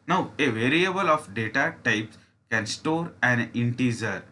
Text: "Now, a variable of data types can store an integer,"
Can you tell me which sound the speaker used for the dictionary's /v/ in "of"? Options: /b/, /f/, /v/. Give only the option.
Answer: /f/